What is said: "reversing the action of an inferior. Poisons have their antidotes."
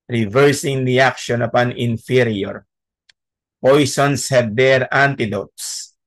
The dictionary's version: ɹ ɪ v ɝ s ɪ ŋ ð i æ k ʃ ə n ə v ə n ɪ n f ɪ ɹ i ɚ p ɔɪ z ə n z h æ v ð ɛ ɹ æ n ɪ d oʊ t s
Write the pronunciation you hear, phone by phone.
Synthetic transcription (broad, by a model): ɹ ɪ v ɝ s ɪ ŋ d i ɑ k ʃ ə n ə p ə n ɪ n f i ɹ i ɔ p ɔɪ s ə n s h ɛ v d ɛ ɹ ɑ n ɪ d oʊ t s